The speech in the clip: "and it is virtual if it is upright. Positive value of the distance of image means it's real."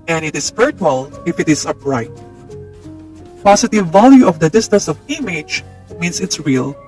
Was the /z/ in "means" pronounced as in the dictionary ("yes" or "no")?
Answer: no